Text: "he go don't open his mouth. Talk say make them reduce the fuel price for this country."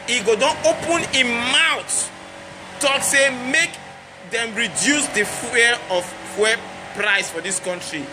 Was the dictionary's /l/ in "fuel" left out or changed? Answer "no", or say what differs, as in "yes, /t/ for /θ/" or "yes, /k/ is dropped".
yes, /w/ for /l/